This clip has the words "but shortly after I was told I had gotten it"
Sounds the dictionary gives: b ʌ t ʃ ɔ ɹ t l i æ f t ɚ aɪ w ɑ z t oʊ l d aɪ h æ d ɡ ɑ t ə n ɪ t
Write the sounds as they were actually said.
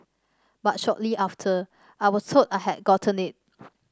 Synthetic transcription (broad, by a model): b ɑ t ʃ ɔ t l i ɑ f t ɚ aɪ w ɑ s t oʊ d aɪ h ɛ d ɡ ɑ t ə n ɪ t